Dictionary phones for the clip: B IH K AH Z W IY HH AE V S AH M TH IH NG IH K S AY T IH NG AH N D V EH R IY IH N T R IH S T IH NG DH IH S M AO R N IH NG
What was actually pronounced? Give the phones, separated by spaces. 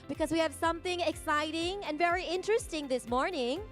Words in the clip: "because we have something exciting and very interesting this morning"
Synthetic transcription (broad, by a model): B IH K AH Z W IY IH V S AH M TH IH NG IH K S AY T IH NG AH N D V EH R IY IH N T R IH S T IH NG DH IH S M AO R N IH NG